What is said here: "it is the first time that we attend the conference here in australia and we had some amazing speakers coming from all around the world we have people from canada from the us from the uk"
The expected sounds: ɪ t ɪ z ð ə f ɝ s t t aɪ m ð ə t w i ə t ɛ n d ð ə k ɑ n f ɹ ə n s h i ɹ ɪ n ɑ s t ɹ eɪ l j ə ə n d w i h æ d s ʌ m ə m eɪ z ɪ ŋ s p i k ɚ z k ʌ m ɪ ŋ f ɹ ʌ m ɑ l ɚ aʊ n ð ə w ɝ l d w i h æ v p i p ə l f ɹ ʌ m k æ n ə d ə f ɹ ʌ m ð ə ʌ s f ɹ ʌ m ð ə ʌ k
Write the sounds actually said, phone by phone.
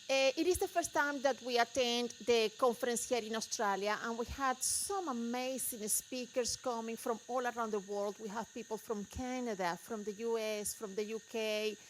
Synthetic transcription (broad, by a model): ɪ t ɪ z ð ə f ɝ s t t aɪ m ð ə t w i ə t ɛ n d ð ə k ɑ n f ɹ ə n s h i ɹ ɪ n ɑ s t ɹ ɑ l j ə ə n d w i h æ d s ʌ m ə m eɪ s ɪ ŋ s p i k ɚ s k ʌ m ɪ ŋ f ɹ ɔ m ɑ l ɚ aʊ n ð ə w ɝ l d w i h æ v p i p ə l f ɹ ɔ m k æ n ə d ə f ɹ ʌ m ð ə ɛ s f ɹ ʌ m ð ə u k